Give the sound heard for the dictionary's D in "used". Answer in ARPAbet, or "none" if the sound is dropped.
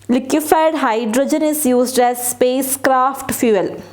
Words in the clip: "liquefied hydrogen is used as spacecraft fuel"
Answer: D